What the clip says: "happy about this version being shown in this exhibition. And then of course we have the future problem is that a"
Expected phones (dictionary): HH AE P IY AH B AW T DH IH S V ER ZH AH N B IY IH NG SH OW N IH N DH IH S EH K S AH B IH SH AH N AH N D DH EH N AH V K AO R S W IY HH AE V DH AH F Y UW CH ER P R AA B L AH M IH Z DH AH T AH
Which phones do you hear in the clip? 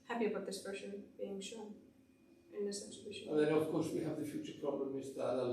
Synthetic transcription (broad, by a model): HH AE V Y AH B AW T DH IH S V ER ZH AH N B IY IH NG SH OW N IH N DH IH S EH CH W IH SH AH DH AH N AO AH V K AO R S W IY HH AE V DH AH F Y UW CH ER P R AA B L AH M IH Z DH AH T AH